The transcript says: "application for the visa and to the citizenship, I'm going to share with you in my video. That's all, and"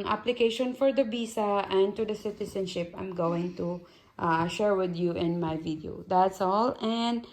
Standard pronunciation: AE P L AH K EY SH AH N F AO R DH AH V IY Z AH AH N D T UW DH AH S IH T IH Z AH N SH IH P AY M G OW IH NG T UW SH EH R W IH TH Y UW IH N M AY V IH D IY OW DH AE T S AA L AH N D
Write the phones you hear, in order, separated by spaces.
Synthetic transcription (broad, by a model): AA P L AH K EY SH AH N F AO R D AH B IY S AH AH N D T UW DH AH S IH T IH S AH N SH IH P AY M G OW IH NG T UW SH EH R W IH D Y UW IH N M AY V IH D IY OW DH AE T S AA L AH N D